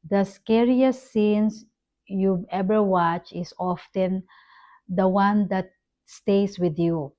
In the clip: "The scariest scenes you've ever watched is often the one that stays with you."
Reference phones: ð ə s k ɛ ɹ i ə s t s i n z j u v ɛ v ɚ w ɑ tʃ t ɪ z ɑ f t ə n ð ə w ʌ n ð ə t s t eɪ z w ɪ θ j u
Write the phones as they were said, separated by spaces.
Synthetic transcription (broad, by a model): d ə s k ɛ ɹ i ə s s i n s j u ɛ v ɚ w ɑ tʃ ɪ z ɑ f t ə n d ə w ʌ n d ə t s t eɪ s w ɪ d j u